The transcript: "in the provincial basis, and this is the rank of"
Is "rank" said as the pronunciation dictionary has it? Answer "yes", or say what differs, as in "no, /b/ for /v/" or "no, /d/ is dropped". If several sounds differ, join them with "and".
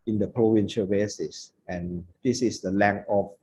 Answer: no, /l/ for /ɹ/ and /k/ is dropped